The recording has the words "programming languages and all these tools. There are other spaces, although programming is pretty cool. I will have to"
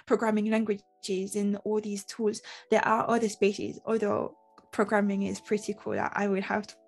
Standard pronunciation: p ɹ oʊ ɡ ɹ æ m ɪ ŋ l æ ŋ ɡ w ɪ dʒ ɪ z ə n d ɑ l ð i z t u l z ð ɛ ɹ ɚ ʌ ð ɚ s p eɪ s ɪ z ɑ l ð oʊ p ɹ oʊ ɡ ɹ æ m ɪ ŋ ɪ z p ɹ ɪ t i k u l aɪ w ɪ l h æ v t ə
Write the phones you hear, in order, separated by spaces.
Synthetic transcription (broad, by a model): p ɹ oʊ ɡ ɹ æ m ɪ ŋ l æ ŋ ɡ w ɪ dʒ ɪ z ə n ɑ l ð i z t u l z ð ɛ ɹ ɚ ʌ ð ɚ s p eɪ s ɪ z ɑ l ð oʊ p ɹ oʊ ɡ ɹ æ m ɪ ŋ ɪ z p ɹ ɪ t i k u l aɪ w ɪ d h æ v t